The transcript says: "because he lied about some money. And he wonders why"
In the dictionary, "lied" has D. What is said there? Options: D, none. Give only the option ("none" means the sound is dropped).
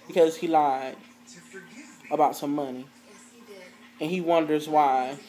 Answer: none